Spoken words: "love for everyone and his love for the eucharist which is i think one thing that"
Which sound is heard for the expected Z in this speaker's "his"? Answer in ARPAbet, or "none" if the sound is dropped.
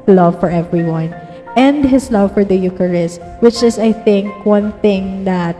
S